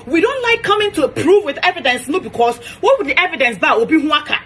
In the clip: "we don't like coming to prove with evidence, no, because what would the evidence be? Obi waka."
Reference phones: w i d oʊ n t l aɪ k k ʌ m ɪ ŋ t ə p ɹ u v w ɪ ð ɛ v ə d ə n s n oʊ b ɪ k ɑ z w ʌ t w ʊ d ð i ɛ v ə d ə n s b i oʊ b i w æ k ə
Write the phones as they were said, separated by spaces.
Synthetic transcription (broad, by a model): w i d oʊ n t l aɪ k k ʌ m ɪ ŋ t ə p ɹ u v w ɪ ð ɛ v ə d ə n s n oʊ b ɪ k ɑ s w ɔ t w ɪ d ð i ɛ v ə d ə n s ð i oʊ b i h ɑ k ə